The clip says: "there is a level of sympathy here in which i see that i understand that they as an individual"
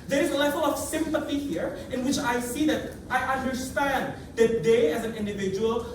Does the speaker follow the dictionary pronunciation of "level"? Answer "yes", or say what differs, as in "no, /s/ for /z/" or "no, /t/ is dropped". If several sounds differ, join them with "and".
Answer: yes